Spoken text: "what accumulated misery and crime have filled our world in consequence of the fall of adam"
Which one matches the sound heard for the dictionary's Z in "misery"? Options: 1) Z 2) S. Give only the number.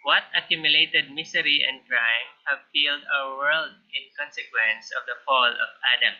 2